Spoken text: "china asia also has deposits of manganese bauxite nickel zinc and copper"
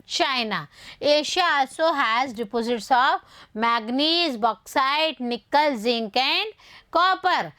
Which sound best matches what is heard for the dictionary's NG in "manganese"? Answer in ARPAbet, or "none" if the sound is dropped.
none